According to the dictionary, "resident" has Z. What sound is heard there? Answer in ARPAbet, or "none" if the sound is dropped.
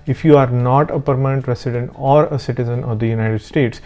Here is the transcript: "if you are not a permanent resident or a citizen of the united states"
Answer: S